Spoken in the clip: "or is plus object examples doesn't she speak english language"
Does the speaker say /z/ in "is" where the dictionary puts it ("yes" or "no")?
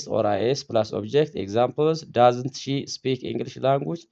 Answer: no